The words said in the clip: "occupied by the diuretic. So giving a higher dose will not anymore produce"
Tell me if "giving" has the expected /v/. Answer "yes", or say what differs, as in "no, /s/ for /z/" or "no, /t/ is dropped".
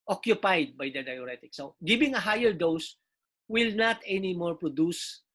no, /b/ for /v/